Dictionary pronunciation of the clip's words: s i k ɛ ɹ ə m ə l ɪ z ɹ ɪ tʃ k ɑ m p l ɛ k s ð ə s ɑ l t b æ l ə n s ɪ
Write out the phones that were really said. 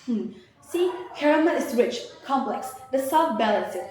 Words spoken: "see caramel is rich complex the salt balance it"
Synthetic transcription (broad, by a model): s i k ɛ ɹ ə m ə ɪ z ɹ ɪ tʃ k ɑ m p l ɛ k s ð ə s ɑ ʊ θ b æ l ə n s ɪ